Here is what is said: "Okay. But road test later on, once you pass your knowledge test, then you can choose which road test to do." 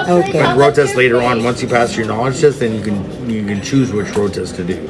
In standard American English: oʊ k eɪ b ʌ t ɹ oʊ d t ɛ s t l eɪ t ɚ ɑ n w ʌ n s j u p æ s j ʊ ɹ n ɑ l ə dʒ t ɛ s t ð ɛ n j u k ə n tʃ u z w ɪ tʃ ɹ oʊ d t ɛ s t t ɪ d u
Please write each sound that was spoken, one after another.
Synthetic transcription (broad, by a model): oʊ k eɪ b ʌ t ɹ oʊ t ɛ s t l eɪ t ɚ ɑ n w ʌ n s j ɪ p æ s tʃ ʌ ɹ n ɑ l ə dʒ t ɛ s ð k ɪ n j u k ə n tʃ u z w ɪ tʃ ɹ oʊ t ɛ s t t ɪ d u